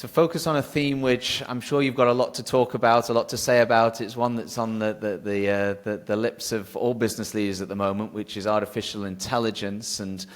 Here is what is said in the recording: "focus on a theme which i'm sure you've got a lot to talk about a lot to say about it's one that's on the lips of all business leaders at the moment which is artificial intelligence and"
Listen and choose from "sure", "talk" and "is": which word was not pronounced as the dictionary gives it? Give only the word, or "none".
none